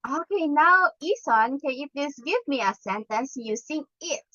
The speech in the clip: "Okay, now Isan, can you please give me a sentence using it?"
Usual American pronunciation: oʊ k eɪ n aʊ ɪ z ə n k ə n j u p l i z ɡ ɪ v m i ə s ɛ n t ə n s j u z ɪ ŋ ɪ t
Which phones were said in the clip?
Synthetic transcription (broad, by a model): oʊ k eɪ n aʊ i s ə n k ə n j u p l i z ɡ ɪ v m i ə s ɛ n t ə n s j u s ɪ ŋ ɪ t